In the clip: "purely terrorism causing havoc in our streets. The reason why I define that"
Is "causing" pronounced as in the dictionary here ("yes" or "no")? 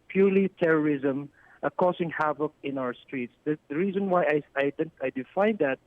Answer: no